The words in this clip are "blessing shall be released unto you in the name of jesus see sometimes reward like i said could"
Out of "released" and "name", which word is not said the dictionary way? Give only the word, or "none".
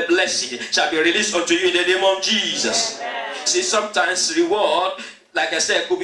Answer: none